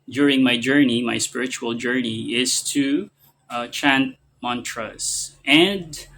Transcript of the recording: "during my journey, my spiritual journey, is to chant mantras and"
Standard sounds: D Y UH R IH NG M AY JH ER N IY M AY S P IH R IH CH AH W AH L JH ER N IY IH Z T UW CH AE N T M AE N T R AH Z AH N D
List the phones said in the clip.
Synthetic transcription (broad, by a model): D Y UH R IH NG M AY JH ER N IY M AY S P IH R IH CH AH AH L JH ER N IY IH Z T UW CH AE N T M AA N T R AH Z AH N D